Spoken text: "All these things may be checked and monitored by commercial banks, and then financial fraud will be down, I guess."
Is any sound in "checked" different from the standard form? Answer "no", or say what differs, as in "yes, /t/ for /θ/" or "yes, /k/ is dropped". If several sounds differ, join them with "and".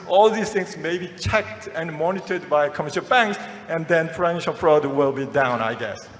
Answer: no